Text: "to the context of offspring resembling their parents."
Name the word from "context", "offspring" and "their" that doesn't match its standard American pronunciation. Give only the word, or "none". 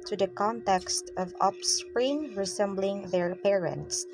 offspring